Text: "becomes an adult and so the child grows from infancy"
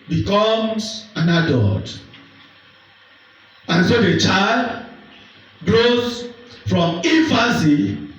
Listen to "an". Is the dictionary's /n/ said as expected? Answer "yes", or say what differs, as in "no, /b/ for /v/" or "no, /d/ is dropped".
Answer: yes